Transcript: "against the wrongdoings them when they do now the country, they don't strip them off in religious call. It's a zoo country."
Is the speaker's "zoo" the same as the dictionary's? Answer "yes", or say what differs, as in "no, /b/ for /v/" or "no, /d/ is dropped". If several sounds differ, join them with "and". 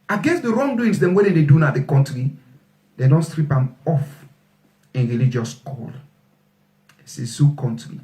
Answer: no, /s/ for /z/